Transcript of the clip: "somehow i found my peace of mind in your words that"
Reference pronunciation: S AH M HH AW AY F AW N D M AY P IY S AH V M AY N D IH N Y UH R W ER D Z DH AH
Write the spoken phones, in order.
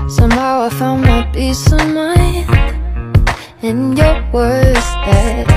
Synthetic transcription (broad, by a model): S AH M HH AW AY F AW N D M AY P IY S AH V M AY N IH N Y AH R W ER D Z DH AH